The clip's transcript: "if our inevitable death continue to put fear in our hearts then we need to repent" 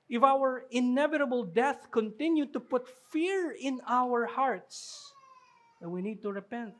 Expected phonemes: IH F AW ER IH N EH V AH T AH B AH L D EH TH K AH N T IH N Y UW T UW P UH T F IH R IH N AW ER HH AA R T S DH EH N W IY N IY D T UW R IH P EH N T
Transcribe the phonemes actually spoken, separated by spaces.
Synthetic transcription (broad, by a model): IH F AW ER IH N EH V AH T AH B AH L D EH TH K AH N T IH N Y UW T UW P UH T F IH R IH N AW ER HH AA R T S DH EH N W IY N IY D T UW R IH P EH N T